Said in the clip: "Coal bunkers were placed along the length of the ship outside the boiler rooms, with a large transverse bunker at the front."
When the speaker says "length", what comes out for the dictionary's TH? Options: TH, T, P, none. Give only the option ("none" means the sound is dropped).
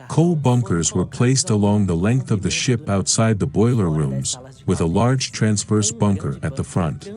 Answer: TH